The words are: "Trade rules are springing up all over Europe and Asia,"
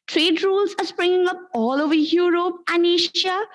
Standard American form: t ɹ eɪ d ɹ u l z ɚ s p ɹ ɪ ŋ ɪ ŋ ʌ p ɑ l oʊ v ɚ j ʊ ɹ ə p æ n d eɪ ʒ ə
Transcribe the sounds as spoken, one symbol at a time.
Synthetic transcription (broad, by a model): t ɹ eɪ d ɹ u l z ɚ s p ɹ ɪ ŋ ɪ ŋ ʌ p ɑ l oʊ v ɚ j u ɹ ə p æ n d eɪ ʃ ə